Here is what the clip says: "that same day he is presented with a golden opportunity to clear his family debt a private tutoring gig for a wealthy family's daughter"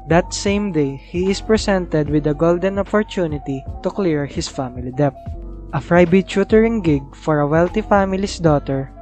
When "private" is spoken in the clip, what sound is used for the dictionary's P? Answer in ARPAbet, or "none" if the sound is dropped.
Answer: F